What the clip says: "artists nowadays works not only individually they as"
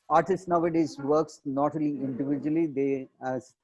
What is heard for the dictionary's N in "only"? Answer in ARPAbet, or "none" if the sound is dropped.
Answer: none